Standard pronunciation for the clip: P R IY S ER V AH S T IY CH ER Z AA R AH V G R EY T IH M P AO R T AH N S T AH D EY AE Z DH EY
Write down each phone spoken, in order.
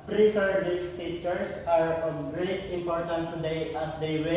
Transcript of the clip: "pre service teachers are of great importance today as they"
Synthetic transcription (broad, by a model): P R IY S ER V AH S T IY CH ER S AA R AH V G R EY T IH M P AO R T AH N S T AH D EY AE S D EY